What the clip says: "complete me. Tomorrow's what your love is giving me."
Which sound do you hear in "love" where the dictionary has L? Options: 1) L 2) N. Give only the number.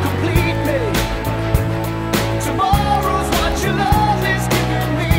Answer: 1